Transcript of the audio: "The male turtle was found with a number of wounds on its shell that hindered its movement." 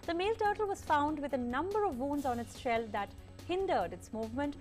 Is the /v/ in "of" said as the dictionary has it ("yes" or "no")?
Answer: yes